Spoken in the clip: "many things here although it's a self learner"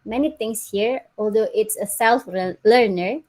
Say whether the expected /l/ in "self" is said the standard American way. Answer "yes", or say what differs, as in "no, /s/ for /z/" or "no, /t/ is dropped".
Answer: yes